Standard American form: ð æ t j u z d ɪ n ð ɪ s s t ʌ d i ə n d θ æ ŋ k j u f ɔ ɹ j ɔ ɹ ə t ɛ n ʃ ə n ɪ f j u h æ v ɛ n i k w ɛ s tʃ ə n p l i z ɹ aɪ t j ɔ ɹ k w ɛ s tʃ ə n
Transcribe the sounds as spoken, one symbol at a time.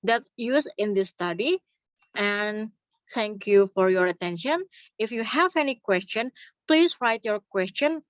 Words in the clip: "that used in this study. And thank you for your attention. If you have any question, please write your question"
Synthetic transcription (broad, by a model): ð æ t j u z ɪ n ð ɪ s s t ʌ d i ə n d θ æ ŋ k j u f ɔ ɹ j ɔ ɹ ə t ɛ n ʃ ə n ɪ f j u h æ v ɛ n i k w ɛ s tʃ ə n p l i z ɹ aɪ t j ɔ ɹ k w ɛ s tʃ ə n